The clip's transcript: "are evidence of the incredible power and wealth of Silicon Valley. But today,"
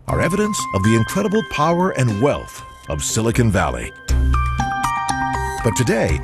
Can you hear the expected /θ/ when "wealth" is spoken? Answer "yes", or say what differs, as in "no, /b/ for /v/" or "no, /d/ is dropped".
yes